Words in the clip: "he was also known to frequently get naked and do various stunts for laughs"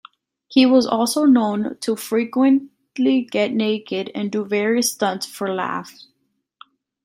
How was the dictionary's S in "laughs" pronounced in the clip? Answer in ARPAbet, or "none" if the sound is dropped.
none